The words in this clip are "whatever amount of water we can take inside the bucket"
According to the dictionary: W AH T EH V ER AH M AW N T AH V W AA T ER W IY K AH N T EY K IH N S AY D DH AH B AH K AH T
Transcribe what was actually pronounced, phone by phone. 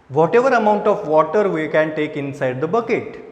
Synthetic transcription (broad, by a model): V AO T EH V ER AH M AW N T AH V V AA T ER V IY K AH N T EY K IH N S AY D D AH B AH K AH T